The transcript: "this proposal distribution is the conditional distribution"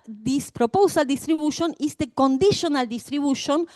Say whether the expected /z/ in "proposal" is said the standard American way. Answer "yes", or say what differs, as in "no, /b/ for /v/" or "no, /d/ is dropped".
no, /s/ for /z/